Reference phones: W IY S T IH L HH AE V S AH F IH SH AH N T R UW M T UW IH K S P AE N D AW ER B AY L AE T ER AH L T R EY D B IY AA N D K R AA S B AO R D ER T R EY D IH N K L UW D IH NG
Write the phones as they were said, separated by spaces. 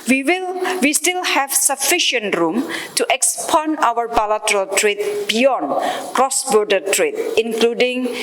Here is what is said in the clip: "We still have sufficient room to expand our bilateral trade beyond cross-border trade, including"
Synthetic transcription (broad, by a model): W IY S T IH L HH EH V S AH F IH SH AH N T R UW M T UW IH K S P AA N AW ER B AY L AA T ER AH L T R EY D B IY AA N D K R AA S B AO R D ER T R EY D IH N K L UW D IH NG